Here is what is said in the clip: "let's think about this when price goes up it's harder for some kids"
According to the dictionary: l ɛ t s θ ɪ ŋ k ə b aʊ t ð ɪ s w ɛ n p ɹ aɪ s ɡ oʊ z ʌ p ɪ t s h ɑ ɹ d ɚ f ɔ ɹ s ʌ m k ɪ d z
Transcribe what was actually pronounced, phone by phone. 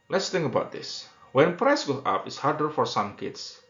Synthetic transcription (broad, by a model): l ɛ t s t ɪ ŋ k ə b aʊ t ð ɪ s w ɛ n p ɹ aɪ s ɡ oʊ ɑ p ɪ t s h ɑ ɹ d ɚ f ɔ ɹ s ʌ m k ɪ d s